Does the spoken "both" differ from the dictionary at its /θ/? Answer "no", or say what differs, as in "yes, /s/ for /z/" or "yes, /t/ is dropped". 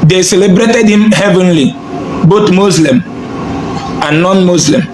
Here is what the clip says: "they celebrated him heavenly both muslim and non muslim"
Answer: yes, /t/ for /θ/